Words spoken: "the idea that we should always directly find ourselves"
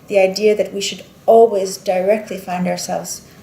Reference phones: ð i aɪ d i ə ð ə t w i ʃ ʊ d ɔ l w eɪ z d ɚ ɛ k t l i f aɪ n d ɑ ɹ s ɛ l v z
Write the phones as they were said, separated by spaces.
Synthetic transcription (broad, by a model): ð i aɪ d i ə ð ə t w i ʃ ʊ d ɔ l w eɪ z d ɚ ɛ k t l i f aɪ n d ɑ ɹ s ɛ l v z